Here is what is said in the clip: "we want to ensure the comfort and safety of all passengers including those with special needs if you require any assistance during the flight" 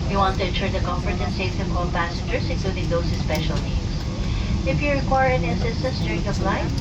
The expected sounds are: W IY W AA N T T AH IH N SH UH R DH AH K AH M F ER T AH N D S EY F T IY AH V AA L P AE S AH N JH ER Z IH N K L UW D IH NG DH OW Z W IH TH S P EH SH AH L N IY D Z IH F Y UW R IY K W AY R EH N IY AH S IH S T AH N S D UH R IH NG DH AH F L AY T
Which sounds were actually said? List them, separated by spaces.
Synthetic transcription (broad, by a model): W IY W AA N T T AH IH N SH UH R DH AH K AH M F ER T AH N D S EY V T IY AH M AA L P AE S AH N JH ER S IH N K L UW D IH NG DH OW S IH S P EH SH AH L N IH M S IH F Y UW R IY K W AY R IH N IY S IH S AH S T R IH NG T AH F L AY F